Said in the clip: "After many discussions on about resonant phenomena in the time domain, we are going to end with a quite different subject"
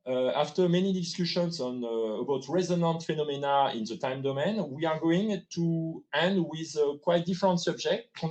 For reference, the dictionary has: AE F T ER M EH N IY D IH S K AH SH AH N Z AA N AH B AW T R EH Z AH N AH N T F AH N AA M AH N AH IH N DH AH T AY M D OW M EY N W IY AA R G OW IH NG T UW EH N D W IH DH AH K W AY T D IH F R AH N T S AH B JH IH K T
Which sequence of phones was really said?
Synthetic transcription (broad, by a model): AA F T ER M EH N IY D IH S K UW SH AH N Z AA N AH B AW T R EH Z AH N AH N T F AH N AA M AH N AH IH N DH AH T AY M D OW M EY N W IY AA R G OW IH NG T UW EH N D W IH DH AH K W AY T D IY F R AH N T S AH B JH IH K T